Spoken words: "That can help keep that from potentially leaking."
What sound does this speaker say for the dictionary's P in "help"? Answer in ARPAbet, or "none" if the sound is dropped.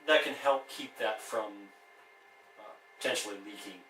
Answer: P